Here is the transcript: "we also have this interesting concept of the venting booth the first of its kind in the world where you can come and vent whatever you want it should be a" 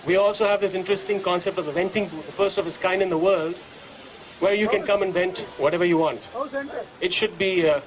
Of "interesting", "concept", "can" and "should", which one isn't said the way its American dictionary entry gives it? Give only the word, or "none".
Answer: none